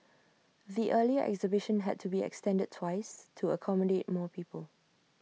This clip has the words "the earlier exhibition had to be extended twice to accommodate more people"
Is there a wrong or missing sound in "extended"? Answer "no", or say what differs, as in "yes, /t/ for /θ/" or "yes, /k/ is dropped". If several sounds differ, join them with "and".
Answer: no